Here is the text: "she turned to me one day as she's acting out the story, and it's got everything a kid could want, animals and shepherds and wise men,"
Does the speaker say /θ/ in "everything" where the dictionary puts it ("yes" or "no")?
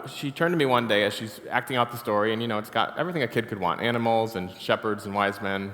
yes